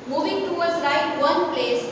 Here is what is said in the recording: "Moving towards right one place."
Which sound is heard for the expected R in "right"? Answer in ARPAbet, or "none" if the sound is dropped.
L